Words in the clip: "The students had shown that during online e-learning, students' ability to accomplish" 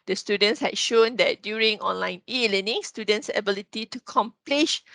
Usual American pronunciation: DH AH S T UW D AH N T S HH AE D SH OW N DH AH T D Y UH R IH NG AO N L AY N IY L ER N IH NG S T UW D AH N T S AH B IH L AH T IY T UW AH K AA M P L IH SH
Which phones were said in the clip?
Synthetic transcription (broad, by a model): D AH S T UW D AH N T S HH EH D SH OW N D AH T D Y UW R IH NG AO N L AY N IY L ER N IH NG S T UW D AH N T S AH B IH L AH T IY T UW K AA M P L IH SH